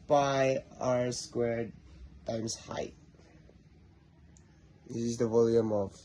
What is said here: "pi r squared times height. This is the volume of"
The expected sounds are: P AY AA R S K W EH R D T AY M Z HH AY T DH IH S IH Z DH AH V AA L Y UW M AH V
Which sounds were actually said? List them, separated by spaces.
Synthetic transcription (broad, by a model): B AY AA R S K W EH R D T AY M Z HH AY T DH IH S IH Z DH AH V AA L Y UW M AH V